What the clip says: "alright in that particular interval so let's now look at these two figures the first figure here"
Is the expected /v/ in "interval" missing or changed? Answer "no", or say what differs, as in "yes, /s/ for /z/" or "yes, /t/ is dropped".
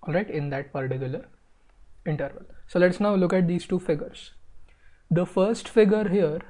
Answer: no